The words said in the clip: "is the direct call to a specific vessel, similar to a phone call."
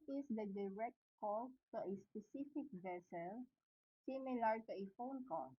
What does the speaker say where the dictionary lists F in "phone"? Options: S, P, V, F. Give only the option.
F